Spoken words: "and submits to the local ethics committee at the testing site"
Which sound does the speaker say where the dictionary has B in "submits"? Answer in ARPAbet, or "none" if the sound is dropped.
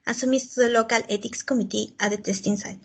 none